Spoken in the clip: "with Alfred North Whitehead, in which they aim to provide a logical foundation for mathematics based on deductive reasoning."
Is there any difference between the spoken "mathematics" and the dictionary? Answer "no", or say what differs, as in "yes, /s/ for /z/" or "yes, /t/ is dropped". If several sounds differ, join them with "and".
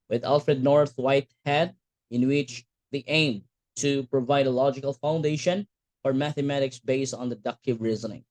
no